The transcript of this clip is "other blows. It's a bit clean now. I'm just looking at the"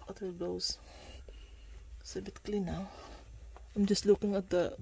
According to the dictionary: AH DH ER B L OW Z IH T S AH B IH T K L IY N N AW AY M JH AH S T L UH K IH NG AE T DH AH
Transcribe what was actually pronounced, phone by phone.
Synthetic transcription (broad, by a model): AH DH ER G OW IH S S AH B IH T K L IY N N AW AY M JH AH S T L UH K IH NG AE T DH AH